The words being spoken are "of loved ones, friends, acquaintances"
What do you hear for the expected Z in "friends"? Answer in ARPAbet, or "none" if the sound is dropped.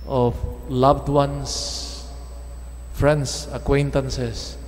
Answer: S